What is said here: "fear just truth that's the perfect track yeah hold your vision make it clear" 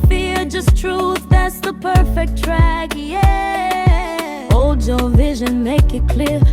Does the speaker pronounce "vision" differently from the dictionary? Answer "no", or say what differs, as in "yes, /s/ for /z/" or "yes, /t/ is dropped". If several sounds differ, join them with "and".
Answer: no